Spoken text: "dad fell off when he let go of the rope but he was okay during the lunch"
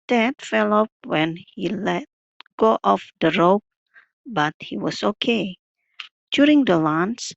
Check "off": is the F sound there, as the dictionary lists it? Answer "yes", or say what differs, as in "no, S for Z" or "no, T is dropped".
no, P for F